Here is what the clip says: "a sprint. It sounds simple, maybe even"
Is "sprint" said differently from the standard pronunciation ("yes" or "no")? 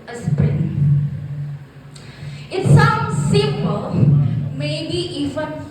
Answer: yes